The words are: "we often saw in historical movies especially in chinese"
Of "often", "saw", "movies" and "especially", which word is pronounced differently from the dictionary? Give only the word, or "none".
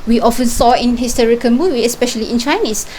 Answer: movies